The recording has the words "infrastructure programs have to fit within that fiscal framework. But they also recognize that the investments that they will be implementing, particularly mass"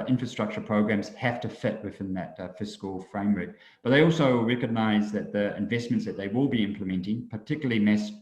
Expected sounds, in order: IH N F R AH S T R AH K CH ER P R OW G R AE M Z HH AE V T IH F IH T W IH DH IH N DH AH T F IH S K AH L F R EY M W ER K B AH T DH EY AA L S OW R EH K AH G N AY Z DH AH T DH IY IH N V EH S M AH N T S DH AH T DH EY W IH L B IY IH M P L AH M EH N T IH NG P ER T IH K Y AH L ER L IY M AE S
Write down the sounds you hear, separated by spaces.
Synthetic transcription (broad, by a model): IH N F R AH S T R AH K CH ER P R OW G R AE M Z HH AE F T IH F IH T W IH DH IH N DH AH T F IH S K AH L F R EY M W ER K B AH T DH EY AA L S OW R EH K AH G N AY Z DH AH T DH IY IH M V EH S M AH N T S DH AH T DH EY W IH L B IY IH M P L AH M EH N T IH NG P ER T IH K Y L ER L IY M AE S